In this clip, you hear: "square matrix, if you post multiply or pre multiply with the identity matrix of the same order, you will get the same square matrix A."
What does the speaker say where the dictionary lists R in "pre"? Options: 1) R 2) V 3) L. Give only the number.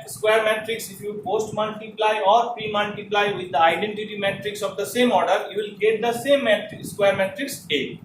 1